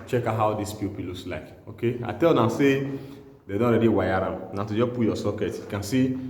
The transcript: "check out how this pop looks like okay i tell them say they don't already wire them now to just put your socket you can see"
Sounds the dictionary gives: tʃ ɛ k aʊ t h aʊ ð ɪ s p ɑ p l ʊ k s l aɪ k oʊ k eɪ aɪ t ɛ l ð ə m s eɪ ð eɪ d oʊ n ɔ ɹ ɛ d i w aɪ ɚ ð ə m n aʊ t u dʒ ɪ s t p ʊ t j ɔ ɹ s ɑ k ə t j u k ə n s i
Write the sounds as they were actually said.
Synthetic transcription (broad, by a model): tʃ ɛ k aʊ h aʊ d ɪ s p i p l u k s l aɪ k oʊ k eɪ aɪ t ɛ l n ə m s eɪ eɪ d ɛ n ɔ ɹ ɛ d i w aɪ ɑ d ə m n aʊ t u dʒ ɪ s p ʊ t j ɔ s ɑ k ə t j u k ə n s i